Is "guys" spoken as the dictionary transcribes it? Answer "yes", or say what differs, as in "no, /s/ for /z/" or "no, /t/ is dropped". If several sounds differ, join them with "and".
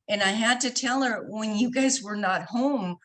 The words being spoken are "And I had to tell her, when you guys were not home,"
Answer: yes